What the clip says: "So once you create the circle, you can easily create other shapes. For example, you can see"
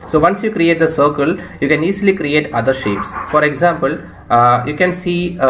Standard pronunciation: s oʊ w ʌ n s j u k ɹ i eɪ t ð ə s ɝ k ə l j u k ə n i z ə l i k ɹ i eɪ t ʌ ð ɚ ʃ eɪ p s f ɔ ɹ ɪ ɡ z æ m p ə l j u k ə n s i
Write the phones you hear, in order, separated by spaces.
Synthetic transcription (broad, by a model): s oʊ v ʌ n s j u k ɹ i eɪ t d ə s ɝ k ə l j u k ə n i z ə l i k ɹ i eɪ t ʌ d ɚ ʃ eɪ p s f ɔ ɹ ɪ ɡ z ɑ m p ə l j u k ə n s i